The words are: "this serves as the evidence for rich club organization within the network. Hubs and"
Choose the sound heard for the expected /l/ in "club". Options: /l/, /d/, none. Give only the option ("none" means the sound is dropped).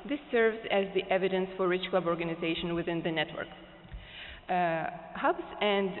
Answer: /l/